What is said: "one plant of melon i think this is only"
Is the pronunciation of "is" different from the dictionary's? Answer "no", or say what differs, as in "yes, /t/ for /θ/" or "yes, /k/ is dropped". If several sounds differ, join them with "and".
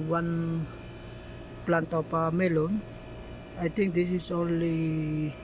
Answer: yes, /s/ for /z/